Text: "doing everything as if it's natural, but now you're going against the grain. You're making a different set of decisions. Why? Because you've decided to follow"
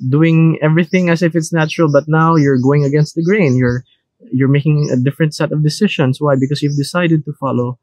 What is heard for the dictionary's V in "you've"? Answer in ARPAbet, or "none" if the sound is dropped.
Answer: V